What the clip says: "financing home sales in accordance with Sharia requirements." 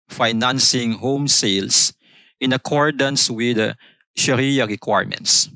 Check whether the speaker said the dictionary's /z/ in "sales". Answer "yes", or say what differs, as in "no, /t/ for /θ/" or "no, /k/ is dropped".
no, /s/ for /z/